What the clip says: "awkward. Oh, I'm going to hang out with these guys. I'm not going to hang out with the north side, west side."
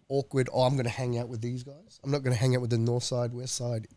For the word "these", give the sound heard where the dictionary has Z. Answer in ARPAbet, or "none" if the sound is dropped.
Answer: Z